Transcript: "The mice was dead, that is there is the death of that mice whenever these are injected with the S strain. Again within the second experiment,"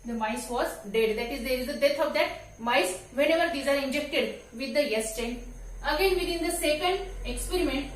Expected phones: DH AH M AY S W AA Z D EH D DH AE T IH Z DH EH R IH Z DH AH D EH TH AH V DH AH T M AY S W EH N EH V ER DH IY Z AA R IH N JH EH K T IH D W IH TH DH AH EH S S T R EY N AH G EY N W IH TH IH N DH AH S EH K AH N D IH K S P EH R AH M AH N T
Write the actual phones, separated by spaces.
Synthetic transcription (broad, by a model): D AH M AY S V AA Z D EH D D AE T IH Z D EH R IH Z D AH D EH T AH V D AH T M AY S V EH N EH V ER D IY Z AA R IH N JH EH K T IH D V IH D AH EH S S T EY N AH G EY N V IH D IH N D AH S EH K AH N D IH K S P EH R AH M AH N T